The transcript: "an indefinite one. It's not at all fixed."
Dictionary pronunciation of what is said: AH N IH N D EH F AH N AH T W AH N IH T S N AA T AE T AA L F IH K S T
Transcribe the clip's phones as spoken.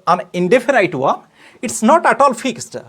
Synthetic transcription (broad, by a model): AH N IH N D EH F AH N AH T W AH IH T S N AA T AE T AA L F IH K S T